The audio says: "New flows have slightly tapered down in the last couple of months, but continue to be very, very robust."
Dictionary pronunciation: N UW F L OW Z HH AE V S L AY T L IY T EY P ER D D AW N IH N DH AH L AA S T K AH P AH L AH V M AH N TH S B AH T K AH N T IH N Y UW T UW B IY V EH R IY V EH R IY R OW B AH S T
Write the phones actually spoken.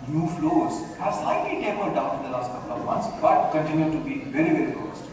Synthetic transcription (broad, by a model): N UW F L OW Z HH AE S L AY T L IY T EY ER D D AW N IH N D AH L AA S T K AH P AH L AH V M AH N T S B AH T K AH N T IH N Y UW T UW B IY V EH R IY V EH R IY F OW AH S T